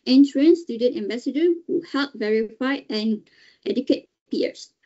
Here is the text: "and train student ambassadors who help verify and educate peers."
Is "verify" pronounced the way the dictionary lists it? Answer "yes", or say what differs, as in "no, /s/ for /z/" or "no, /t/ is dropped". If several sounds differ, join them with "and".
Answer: yes